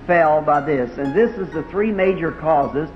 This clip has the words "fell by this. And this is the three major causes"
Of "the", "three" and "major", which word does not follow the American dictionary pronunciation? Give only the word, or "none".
none